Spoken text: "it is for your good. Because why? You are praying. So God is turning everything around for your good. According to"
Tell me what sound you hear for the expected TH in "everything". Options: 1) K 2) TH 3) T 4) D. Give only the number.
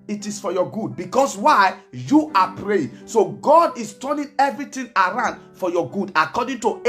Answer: 3